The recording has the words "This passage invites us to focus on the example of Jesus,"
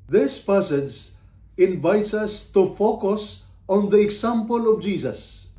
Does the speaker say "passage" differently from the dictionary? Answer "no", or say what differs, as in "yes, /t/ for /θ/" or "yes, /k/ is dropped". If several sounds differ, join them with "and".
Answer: no